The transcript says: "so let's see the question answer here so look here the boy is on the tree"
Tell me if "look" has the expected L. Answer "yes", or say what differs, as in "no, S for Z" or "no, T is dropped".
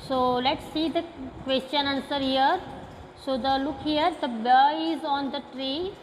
yes